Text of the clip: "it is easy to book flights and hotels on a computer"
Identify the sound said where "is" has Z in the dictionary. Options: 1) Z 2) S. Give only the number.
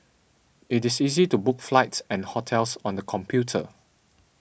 2